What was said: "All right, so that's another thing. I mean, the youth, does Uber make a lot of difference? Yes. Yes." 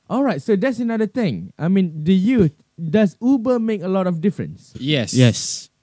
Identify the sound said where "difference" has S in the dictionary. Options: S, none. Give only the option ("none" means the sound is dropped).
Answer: S